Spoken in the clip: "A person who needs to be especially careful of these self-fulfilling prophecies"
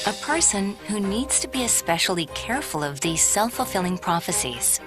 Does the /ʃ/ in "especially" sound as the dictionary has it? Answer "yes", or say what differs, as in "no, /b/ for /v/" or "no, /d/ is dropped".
yes